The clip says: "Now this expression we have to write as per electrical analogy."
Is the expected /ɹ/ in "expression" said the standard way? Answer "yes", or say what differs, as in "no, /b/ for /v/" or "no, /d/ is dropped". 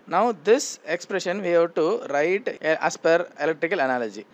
yes